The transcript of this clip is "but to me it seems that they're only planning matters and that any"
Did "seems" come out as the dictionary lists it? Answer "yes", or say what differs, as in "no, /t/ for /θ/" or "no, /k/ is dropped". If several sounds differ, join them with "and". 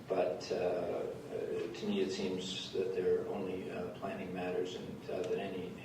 yes